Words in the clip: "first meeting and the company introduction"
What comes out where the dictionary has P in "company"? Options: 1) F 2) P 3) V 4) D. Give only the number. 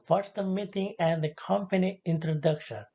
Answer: 1